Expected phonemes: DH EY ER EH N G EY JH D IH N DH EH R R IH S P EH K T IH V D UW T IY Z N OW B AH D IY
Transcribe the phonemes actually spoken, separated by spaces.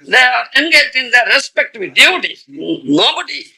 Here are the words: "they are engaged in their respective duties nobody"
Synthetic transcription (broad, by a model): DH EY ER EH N G EY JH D IH N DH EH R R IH S P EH K T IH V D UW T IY N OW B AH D IY